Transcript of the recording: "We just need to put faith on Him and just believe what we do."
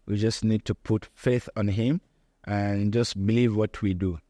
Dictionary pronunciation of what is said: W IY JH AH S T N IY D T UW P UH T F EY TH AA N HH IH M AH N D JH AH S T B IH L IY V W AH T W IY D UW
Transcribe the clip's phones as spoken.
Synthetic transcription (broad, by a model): W IY JH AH S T N IY D T UW P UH T F EY TH AA N HH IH M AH N JH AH S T B IH L IY V W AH T W IY D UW